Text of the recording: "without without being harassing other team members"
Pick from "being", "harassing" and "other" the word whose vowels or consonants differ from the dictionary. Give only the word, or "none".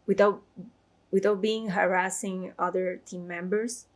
none